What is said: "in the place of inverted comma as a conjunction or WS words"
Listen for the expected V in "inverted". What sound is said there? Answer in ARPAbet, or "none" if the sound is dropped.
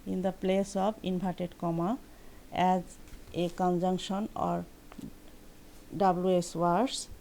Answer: B